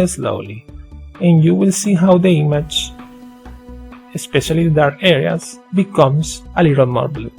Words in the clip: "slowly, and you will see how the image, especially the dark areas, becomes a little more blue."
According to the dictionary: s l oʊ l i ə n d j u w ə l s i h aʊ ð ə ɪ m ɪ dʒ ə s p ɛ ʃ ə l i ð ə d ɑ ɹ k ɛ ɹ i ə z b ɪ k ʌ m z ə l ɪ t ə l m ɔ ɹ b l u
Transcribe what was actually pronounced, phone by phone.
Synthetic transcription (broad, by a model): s l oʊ l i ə n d j u w ə l s i h aʊ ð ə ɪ m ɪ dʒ ə s p ɛ ʃ ə l i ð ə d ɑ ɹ ɛ ɹ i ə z b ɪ k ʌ m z ə l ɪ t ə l m ɔ ɹ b l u